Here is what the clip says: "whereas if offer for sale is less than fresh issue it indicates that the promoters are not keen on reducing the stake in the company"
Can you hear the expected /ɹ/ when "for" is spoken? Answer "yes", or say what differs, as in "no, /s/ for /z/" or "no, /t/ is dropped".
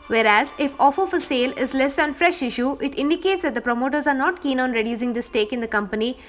no, /l/ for /ɹ/